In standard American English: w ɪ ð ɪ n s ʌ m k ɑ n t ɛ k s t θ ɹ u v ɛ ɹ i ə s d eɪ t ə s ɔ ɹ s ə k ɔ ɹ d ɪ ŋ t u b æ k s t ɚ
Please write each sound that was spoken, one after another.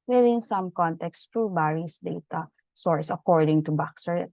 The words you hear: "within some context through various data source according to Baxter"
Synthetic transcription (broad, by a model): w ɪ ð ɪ n s ʌ m k ɑ n t ɛ k s t ɹ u b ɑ ɹ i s d eɪ t ə s ɔ ɹ s ə k ɔ ɹ d ɪ ŋ t u b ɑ k s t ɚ